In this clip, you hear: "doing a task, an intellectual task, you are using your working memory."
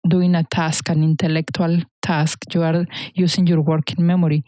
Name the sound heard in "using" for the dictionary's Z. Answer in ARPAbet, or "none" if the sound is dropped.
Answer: S